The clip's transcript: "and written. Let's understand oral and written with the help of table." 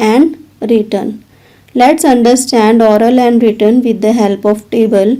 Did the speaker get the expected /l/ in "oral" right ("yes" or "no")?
yes